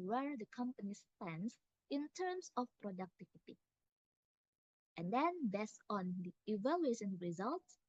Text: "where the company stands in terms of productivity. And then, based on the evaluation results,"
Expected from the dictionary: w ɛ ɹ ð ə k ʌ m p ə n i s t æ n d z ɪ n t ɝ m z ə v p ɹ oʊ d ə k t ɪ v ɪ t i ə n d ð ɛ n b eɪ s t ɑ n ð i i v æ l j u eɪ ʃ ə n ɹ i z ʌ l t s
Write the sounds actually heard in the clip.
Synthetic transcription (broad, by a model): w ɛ ɹ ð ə k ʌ m p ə n i s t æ n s ɪ n t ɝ m s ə f p ɹ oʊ d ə k t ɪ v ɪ t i ə n d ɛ n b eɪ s ɑ n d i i v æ l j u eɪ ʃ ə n ɹ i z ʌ l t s